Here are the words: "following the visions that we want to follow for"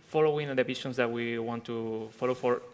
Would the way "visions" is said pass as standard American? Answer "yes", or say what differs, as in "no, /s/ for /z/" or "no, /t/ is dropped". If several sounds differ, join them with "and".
no, /s/ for /ʒ/